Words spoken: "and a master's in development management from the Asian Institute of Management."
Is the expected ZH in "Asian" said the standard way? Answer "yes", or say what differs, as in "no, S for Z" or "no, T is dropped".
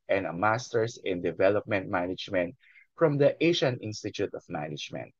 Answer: no, SH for ZH